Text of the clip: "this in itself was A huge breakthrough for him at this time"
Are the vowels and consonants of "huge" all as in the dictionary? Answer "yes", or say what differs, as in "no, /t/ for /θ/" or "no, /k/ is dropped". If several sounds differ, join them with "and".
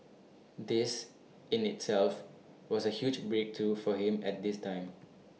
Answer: yes